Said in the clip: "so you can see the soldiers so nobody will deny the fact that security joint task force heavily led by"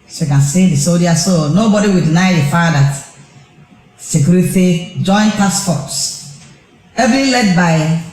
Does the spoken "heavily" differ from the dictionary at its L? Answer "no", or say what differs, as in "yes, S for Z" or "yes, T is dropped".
yes, L is dropped